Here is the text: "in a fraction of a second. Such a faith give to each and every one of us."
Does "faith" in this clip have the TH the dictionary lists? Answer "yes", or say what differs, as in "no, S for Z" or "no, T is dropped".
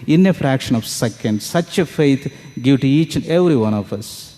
no, T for TH